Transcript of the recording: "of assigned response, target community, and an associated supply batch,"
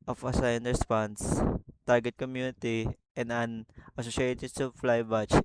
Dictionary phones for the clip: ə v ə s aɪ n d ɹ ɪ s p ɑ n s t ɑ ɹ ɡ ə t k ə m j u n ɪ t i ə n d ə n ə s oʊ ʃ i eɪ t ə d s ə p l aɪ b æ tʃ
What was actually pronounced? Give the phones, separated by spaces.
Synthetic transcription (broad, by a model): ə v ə s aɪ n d ɹ ɪ s p ɑ n s t ɑ ɹ ɡ ə t k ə m j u n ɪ t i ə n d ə n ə s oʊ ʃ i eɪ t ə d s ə f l aɪ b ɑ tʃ